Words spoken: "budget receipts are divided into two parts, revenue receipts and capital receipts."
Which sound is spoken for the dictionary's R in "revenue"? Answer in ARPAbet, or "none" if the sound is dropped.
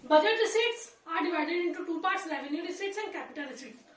L